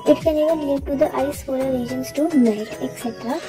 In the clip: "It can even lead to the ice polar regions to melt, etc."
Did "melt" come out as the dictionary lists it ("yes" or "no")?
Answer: no